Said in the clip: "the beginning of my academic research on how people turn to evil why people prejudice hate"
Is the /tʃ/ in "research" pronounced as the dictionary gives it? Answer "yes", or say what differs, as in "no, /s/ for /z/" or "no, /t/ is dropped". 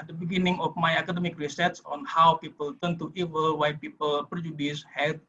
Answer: no, /s/ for /tʃ/